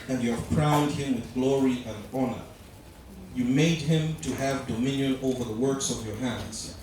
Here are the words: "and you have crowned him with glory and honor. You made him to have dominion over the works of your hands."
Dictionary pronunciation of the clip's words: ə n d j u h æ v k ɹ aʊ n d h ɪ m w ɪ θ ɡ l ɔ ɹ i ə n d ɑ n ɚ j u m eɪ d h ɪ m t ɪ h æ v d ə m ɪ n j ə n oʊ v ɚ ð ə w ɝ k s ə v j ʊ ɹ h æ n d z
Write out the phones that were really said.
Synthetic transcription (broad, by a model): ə n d j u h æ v k ɹ aʊ n d h ɪ m w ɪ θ ɡ l ɔ ɹ i ə n d ɑ n ɚ j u m eɪ d h ɪ m t ɪ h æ v d ə m ɪ n j ə n oʊ v ɚ ð ə w ɝ k s ə v j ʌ ɹ h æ n d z